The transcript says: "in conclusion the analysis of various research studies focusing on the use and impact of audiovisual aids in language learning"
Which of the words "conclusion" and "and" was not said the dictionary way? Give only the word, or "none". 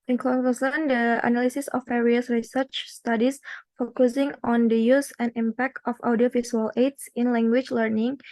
conclusion